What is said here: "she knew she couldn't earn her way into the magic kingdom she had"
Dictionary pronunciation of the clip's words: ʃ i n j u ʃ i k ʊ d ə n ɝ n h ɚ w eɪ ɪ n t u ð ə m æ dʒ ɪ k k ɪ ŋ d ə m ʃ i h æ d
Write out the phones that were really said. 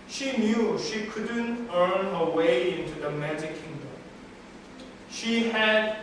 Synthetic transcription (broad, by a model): ʃ i n j u ʃ i k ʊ d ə n ɝ n h ɚ w eɪ ɪ n t u ð ə m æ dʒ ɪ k k ɪ ŋ d ə m ʃ i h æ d